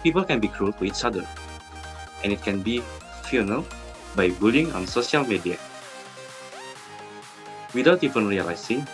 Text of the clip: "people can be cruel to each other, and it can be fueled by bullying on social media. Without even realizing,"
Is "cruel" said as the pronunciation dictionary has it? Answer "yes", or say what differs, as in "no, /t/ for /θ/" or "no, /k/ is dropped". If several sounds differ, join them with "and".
yes